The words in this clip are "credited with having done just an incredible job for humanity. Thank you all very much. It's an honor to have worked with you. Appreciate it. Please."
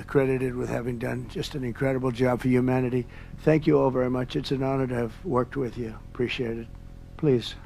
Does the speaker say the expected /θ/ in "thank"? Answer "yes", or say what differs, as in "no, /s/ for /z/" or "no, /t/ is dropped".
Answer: yes